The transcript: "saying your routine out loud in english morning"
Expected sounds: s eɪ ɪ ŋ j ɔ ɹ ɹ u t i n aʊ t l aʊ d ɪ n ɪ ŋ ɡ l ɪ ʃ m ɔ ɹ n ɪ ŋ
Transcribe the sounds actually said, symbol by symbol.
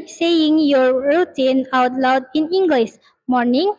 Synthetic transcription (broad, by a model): s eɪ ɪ ŋ j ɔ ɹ ɹ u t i n aʊ t l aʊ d ɪ n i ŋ ɡ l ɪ s m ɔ ɹ n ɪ ŋ